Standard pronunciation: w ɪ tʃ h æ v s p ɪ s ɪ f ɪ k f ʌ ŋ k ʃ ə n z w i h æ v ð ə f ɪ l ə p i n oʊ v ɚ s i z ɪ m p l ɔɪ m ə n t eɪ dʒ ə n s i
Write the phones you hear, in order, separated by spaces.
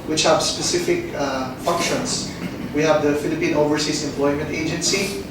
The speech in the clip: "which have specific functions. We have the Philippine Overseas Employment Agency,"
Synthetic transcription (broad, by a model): w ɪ tʃ h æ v s p ɪ s ɪ f ɪ k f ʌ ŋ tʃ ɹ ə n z w i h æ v ð ə f ɪ l ə p i n oʊ v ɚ s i s ɪ m p l ɔɪ m ə n t eɪ dʒ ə n s i